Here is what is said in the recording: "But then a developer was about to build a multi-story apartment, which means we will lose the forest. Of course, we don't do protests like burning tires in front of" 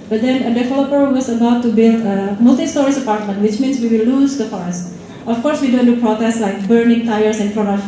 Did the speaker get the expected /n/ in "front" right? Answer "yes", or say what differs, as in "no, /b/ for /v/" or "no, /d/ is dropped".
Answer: no, /n/ is dropped